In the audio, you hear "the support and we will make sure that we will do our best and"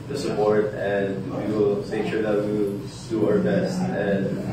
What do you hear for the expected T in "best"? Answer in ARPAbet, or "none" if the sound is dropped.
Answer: T